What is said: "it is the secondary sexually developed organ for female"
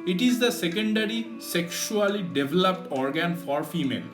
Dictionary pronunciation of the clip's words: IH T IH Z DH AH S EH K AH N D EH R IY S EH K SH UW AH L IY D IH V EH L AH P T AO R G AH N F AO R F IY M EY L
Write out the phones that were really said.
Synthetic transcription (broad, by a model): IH T IH Z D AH S EH K AH N D EH R IY S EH K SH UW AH L IY D IH V EH L AH P T AO R G AH N F AO R F IY M EY L